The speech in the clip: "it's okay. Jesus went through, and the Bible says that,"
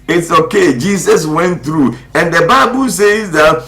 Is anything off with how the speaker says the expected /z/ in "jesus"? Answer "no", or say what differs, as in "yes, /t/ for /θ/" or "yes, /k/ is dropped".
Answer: yes, /s/ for /z/